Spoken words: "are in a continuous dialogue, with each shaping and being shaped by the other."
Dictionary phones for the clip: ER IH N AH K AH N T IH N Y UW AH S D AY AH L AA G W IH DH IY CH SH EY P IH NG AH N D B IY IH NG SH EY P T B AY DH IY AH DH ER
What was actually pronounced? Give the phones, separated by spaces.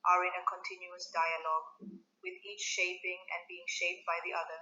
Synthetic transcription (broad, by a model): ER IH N AH K AH N T IH N Y UW AH S D AY AH L AA G W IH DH IY CH SH EY P IH NG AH N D B IY IH NG SH EY P T B AY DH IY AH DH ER